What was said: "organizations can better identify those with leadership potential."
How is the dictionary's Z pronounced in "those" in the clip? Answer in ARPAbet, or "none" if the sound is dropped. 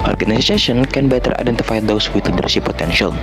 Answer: S